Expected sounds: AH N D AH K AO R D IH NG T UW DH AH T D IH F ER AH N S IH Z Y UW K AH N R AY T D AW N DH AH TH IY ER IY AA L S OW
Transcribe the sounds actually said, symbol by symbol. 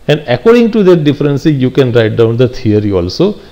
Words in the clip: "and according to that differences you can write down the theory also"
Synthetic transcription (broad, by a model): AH N D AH K AO R D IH NG T UW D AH T D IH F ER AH N S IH Y UW K AH N R AY T D AW N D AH T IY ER IY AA L S OW